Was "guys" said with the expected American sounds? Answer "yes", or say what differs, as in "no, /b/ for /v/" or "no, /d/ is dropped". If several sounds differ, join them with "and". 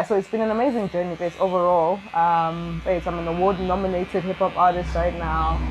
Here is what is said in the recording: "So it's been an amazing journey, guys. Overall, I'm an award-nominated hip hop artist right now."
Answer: no, /s/ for /z/